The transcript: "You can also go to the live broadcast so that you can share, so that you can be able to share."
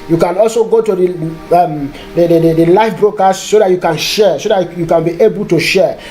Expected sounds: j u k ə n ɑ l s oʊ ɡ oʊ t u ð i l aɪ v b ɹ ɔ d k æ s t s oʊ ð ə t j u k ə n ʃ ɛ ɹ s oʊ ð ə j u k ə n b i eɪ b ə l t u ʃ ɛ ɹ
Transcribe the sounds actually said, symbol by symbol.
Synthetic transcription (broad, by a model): j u k ə n ɑ l s oʊ ɡ oʊ t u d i l aɪ f b ɹ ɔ k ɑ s s oʊ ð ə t j u k ə n ʃ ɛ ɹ s oʊ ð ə j u k ə n b i eɪ b ə l t u ʃ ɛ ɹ